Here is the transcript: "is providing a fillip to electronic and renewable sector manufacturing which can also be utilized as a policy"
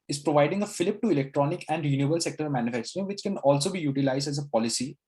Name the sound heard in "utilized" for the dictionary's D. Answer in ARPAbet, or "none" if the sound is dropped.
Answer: D